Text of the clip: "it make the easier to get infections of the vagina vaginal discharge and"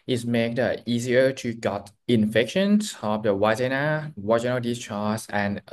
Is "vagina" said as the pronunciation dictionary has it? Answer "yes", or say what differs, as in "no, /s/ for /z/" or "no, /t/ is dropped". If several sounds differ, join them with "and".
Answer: no, /w/ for /v/